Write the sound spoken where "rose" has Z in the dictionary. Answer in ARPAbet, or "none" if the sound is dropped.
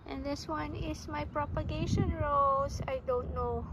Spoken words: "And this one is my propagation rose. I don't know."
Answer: S